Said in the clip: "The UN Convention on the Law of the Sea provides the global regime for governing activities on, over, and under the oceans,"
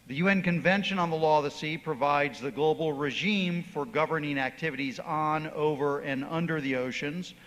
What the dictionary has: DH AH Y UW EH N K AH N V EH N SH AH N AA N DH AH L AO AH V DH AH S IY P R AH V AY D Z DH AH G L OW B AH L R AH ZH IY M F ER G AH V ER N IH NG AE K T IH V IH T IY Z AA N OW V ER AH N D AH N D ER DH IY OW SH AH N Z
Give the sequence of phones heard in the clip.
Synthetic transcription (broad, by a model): DH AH Y UW EH N K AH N V EH N SH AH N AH N DH AH L AO AH V DH AH S IY P R AH V AY D Z DH AH G L OW B L R AH ZH IY M F ER G AH V ER N IH NG AE K T IH V IH T IY Z N OW V ER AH N AH N D ER DH IY OW SH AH N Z